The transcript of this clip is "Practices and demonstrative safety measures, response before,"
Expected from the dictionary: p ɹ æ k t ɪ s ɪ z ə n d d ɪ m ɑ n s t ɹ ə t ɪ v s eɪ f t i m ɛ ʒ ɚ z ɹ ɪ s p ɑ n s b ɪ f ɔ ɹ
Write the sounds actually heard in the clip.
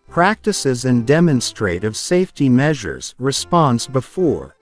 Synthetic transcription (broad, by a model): p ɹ æ k t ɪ s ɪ z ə n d d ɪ m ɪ n s t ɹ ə t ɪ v s eɪ f t i m ɛ ʒ ɚ z ɹ ɪ s p ɑ n s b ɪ f ɔ ɹ